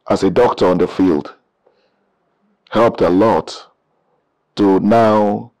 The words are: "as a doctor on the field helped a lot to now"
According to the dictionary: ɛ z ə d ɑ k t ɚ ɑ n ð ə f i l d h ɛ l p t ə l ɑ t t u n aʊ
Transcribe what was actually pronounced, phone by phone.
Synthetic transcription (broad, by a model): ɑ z ə d ɑ k t ɚ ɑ n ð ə f i l d h ɛ l p t ə l ɑ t t u n aʊ